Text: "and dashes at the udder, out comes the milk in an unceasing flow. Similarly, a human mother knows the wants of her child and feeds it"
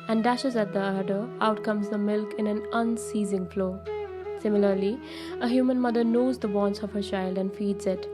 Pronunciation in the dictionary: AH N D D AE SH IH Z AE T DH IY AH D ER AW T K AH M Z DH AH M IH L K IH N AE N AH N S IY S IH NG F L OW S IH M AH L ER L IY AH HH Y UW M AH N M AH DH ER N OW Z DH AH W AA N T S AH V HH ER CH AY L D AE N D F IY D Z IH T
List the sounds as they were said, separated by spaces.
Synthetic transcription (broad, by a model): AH N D D AE SH IH Z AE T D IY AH D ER AW T K AH M Z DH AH M IH L K IH N AE N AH N S IY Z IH NG F L OW S IH M AH L ER L IY AH HH Y UW M AH N M AH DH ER N OW Z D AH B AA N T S AH V HH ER CH AY L D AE N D F IY D Z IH T